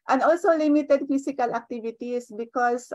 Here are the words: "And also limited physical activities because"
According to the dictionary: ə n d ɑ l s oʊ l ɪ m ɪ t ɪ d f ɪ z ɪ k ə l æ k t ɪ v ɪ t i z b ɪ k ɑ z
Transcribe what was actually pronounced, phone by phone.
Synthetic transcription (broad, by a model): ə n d ɑ l s oʊ l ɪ m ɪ t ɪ d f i s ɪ k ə l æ k t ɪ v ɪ t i s b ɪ k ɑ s